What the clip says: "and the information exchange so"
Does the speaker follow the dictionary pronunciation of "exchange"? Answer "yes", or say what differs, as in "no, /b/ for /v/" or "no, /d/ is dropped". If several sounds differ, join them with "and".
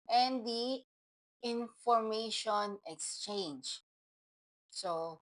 yes